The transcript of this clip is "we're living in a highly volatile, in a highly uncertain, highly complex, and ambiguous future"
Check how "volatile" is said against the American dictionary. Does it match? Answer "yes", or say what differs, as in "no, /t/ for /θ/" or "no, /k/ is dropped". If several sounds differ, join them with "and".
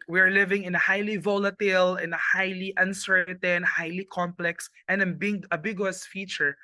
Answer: yes